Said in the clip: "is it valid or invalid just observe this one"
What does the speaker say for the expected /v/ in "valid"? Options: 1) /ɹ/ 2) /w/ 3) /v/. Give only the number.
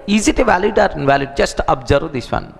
3